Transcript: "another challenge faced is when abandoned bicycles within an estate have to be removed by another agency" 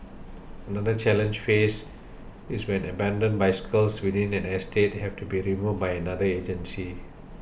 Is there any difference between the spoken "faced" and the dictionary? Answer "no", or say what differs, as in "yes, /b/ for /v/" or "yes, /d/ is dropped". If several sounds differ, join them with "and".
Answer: yes, /t/ is dropped